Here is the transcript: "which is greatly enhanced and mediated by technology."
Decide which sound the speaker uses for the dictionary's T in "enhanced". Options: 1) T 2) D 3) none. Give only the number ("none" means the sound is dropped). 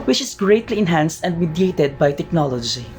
1